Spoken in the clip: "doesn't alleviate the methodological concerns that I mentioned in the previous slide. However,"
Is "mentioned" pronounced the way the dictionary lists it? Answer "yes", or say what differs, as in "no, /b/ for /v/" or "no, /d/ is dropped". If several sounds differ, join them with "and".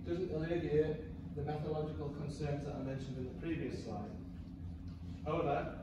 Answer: yes